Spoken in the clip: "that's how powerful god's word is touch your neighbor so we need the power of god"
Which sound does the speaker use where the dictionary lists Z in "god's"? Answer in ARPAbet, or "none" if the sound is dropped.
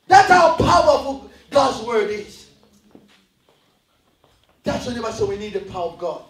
Z